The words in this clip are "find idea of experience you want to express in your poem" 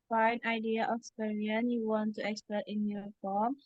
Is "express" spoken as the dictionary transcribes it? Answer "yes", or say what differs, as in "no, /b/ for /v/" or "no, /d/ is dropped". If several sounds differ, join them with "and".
no, /ɹ/ is dropped